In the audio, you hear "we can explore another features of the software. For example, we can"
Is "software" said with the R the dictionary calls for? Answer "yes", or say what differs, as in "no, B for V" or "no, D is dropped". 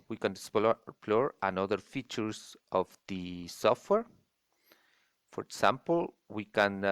yes